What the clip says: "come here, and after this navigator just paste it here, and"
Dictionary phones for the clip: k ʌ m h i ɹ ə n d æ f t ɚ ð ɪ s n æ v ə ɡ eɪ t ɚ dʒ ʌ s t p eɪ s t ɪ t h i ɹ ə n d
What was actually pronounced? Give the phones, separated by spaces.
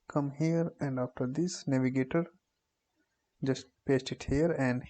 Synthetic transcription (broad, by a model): k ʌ m h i ɹ ə n d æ f t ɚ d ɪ s n æ v ə ɡ eɪ t ɚ dʒ ʌ s t p eɪ s t ɪ t h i ɹ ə n d